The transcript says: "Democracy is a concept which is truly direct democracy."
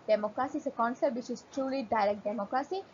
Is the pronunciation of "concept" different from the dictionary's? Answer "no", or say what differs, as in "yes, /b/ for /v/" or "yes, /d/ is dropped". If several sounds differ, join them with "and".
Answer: yes, /p/ is dropped